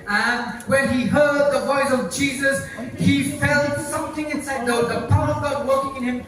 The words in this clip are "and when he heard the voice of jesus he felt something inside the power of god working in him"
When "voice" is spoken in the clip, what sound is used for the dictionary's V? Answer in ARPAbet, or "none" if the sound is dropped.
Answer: V